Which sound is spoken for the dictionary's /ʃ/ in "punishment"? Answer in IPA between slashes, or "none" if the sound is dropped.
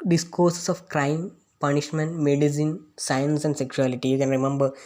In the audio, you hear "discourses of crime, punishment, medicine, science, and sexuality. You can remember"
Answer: /ʃ/